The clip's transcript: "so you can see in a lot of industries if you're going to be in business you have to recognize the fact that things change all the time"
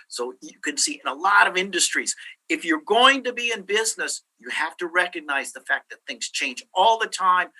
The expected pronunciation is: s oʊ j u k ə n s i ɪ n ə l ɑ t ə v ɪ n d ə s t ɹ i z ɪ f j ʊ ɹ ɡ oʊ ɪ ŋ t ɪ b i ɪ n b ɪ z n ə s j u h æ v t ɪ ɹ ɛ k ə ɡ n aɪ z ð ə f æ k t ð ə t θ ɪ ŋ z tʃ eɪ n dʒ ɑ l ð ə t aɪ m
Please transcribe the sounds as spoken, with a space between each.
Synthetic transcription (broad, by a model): s oʊ j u k ə n s i ɪ n ə l ɑ t ə v ɪ n d ə s t ɹ i z ɪ f j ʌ ɹ ɡ oʊ ɪ ŋ t ɪ b i ɪ n b ɪ z n ə s j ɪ h æ f t ɪ ɹ ɛ k ə ɡ n aɪ z ð ə f æ k ð ə t θ ɪ ŋ z tʃ eɪ n dʒ ɑ l ð ə t aɪ m